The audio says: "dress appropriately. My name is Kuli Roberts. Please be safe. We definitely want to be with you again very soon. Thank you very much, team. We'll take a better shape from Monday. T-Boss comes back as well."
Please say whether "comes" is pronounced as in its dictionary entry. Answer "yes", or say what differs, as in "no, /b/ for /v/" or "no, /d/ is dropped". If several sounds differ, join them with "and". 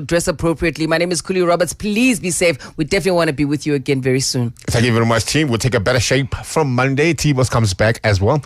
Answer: yes